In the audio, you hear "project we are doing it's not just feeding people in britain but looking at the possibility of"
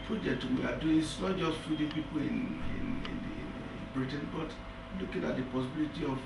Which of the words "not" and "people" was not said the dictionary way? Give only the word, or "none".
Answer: people